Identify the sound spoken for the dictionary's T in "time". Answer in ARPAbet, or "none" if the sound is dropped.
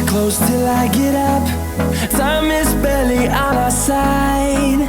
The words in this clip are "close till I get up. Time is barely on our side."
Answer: S